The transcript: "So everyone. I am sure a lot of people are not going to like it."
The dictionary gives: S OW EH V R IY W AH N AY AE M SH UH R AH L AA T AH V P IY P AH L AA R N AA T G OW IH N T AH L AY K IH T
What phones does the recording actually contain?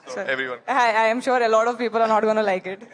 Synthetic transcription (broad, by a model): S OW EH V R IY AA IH AY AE M SH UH R AH L AA T AH V P IY P AH L AA R N AA T G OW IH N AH L AY K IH T